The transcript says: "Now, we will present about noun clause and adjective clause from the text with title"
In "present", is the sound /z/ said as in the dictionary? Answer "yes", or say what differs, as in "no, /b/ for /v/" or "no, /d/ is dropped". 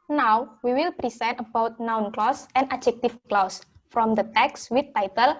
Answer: no, /s/ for /z/